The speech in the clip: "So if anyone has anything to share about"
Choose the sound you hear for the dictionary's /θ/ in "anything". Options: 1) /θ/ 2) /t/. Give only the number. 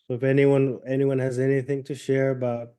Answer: 1